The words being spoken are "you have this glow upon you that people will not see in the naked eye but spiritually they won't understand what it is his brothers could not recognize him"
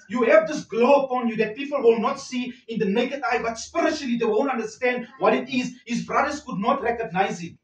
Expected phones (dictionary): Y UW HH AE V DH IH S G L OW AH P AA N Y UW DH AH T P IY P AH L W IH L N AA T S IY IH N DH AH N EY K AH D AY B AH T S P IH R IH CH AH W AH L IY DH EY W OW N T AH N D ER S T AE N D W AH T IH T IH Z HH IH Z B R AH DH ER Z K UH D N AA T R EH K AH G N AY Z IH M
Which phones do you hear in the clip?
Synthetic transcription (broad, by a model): Y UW HH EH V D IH S G L OW AH P AA N Y UW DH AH T P IY P AH L W IH L N AA T S IY IH N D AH N EY K AH D AY B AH T S P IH R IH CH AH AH L IY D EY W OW N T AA N D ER S T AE N D W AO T IH T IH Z HH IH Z B R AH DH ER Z K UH D N AA T R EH K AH G N AY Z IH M